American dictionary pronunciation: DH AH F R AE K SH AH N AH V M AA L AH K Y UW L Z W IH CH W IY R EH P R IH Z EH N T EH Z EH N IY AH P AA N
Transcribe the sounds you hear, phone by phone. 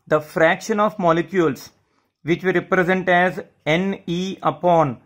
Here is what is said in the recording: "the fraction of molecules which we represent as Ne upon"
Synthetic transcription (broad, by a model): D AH F R AE K SH AH N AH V M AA L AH K Y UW L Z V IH CH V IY R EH P R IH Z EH N T EH Z EH N IY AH P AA N